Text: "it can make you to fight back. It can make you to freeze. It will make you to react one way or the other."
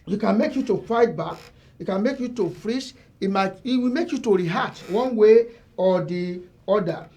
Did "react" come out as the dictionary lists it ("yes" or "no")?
no